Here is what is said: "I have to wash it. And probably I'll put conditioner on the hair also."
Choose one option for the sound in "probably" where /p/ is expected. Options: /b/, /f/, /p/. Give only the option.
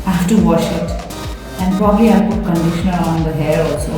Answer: /p/